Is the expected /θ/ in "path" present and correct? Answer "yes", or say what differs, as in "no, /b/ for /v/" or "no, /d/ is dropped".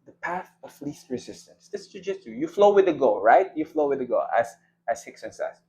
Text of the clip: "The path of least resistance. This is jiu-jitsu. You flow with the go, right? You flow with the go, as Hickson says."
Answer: yes